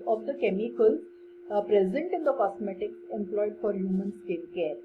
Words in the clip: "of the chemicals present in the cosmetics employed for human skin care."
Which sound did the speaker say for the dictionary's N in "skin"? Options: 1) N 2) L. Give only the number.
2